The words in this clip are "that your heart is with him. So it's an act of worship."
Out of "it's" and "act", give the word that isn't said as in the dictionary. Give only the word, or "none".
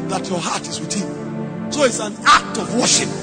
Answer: none